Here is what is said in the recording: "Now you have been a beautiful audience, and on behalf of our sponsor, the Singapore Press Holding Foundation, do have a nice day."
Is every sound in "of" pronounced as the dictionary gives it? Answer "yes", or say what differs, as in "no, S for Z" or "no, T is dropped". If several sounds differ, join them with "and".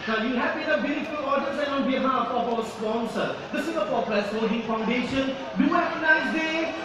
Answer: no, P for V